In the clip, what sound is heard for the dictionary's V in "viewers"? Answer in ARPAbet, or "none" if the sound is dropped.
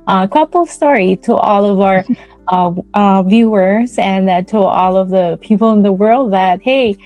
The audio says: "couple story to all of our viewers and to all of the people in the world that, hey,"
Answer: V